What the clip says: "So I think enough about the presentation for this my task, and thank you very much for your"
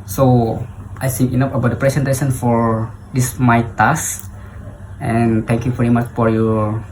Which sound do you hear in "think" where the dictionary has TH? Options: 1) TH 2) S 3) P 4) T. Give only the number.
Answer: 2